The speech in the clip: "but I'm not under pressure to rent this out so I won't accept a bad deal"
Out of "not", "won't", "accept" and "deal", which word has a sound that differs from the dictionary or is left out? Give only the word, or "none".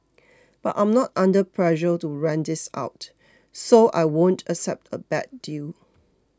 none